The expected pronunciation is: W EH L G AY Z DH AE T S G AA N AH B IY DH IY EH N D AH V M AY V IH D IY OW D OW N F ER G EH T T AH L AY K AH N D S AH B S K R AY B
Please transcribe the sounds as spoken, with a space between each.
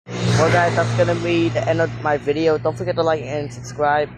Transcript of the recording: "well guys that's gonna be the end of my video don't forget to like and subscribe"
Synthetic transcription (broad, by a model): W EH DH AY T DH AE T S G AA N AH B IY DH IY EH N D AH V M AY V IH D IY OW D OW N F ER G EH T T AH L AY K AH N S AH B S K R AY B